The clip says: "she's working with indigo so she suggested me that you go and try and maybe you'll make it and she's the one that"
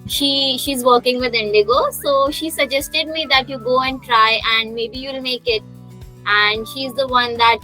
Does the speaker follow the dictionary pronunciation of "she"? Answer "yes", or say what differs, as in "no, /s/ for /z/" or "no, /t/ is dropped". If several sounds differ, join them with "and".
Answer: yes